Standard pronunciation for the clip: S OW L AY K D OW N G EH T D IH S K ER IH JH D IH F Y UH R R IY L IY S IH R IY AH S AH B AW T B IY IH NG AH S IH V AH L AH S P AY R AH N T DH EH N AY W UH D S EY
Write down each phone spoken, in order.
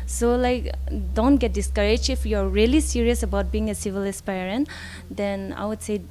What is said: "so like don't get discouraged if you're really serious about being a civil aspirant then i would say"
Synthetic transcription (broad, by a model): S OW L AY K D OW N G EH T D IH S K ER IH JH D IH F Y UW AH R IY L IY S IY R IY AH S AH B AW T B IY IH NG AH S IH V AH L AH S P AY R AH N T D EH N AY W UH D S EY